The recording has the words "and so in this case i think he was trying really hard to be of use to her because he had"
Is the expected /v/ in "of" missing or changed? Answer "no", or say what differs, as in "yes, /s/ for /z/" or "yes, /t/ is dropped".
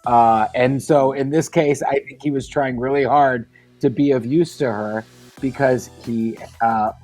no